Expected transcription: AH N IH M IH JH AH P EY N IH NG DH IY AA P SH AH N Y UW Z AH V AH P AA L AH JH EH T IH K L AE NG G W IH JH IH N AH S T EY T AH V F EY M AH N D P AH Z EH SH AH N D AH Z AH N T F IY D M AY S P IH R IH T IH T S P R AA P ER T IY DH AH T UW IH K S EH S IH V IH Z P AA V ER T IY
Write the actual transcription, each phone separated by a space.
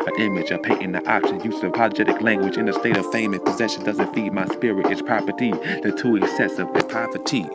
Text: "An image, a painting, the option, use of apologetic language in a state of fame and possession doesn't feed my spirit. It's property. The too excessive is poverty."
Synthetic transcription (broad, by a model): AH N IH M IH JH AH P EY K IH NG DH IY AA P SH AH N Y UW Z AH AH P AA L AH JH EH T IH K L AE NG G W IH JH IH N AH S T EY T AH V F EY M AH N P AH Z EH SH AH N D AH Z AH N T F IY D M AY S P IH R IH T IH T S P R AA P ER T IY DH AH T UW IH K S EH S IH V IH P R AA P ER T IY